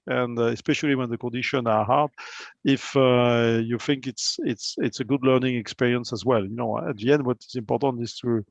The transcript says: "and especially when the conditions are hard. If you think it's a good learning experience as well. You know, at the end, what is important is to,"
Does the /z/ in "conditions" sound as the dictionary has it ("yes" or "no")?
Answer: no